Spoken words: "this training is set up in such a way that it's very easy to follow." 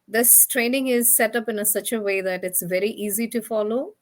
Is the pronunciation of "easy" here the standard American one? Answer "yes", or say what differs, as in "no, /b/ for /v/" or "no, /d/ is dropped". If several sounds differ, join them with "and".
yes